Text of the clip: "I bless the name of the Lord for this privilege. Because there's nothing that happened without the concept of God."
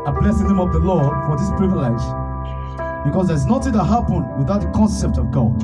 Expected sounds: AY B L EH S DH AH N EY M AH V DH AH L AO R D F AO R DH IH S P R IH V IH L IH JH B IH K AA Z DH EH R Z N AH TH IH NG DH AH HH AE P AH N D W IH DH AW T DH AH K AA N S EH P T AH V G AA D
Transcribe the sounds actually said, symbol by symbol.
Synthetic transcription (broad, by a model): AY B L EH S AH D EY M AH V DH AH L AO R D F AO R DH IH S P R IH V IH L IH JH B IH K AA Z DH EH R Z N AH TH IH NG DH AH HH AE P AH N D W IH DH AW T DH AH K AA N S EH P T AH V G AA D